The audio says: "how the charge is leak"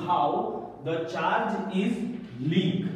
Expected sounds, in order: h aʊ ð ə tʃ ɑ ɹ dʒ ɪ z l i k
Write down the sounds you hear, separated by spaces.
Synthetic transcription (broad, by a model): h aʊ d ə tʃ ɑ ɹ dʒ ɪ z l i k